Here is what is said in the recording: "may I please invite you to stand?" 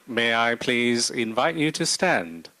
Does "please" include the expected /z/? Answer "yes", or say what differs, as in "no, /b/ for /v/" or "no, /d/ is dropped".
yes